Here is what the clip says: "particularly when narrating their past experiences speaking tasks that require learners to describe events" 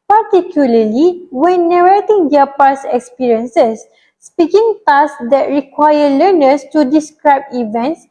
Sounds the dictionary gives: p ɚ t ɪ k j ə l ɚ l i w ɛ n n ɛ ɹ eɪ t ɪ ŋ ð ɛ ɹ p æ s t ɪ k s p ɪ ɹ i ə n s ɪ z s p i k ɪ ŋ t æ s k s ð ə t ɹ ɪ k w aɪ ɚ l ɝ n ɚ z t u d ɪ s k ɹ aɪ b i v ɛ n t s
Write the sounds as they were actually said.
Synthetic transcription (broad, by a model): p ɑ t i k j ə l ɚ l i w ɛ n n ɛ ɹ eɪ t ɪ ŋ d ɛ p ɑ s ɪ k s p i ɹ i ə n s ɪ s p i k ɪ ŋ t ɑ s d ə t ɹ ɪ k w aɪ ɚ l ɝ n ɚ s t u d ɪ s k ɹ aɪ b i v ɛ n t s